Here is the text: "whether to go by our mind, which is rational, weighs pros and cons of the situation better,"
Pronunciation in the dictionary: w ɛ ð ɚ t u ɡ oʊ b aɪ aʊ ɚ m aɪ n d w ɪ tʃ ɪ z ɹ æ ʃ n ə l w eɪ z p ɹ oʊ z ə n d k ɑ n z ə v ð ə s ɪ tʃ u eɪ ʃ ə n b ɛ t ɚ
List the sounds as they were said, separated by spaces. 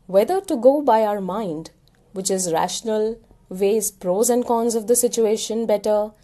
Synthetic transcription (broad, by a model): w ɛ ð ɚ t u ɡ oʊ b aɪ aʊ ɚ m aɪ n d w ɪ tʃ ɪ z ɹ æ ʃ n ə l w eɪ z p ɹ oʊ z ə n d k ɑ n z ə v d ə s ɪ tʃ u eɪ ʃ ə n b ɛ t ɚ